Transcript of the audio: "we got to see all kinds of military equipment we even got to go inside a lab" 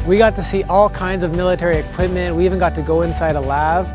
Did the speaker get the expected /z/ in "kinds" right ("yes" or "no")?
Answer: yes